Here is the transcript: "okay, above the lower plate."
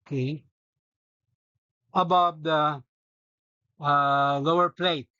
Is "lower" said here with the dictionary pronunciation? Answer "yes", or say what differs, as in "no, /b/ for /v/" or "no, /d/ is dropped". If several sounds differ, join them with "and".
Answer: yes